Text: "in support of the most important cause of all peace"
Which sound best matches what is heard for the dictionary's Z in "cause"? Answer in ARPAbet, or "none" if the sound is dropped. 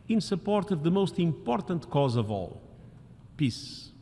Z